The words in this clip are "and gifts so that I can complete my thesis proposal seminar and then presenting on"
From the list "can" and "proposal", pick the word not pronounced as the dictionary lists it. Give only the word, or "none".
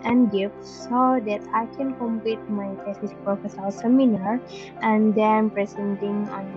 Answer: proposal